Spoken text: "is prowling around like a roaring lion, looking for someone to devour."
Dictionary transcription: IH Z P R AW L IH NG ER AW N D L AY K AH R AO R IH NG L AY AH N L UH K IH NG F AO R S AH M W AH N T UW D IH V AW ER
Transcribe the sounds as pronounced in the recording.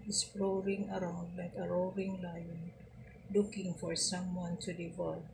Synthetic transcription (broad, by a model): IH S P L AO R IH NG ER AW N D L AY K AH R AO R IH NG L AY AH N L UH K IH NG F AO R S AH M W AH N T UW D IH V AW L